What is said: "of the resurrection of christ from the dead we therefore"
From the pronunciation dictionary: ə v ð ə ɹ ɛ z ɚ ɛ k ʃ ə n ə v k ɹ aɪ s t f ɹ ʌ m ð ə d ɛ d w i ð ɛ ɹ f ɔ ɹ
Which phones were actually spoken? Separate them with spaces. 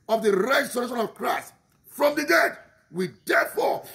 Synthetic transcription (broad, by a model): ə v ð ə ɹ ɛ s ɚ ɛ ʃ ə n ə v k ɹ aɪ s t f ɹ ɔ m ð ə d ɛ d w i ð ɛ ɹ f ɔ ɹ